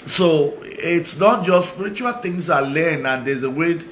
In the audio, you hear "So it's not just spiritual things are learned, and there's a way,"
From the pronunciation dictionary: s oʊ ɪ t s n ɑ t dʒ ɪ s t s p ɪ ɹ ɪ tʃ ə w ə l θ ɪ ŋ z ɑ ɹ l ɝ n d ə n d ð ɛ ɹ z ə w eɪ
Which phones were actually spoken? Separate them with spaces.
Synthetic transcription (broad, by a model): s oʊ ɪ t s n ɑ t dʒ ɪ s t s p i ɹ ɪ tʃ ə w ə l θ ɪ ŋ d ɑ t l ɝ n ə n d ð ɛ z ə w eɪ